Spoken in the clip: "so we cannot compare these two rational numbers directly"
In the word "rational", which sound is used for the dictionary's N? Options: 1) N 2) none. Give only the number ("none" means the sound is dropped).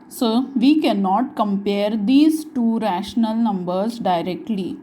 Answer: 1